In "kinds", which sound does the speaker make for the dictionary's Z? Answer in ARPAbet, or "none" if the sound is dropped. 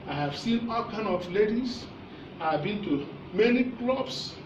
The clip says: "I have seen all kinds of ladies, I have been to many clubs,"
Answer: none